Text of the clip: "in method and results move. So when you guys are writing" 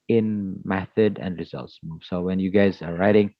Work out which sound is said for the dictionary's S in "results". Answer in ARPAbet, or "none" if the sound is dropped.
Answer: S